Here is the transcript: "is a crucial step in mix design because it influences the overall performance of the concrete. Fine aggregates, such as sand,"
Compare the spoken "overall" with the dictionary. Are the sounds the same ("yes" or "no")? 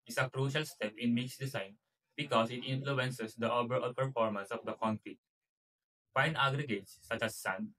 no